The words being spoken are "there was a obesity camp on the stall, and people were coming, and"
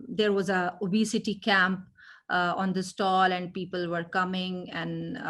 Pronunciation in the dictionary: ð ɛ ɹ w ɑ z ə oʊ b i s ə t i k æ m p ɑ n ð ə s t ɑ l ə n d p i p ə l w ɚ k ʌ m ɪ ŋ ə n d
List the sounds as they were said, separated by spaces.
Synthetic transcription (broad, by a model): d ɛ ɹ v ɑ z ə oʊ b i s ə t i k æ m p ɑ n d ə s t ɑ l ə n d p i p ə l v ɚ k ʌ m ɪ ŋ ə n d